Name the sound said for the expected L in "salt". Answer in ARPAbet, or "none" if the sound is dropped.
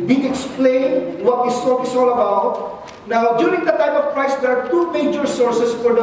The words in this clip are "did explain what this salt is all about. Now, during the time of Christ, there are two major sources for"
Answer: none